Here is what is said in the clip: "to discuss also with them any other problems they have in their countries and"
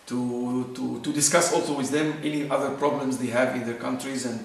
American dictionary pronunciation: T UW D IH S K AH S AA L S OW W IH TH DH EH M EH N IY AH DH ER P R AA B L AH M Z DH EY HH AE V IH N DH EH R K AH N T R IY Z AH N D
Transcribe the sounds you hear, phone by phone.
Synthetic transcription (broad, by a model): T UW D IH S K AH S AA L S OW W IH DH EH M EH N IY AH DH ER P R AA B L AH M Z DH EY HH AE V IH N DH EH R K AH N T R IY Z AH N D